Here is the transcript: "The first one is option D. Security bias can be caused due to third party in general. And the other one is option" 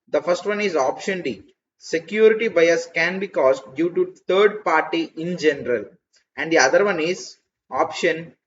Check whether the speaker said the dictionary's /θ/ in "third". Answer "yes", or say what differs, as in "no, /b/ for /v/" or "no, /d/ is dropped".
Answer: no, /t/ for /θ/